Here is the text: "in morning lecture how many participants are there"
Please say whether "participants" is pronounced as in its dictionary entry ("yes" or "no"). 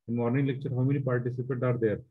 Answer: no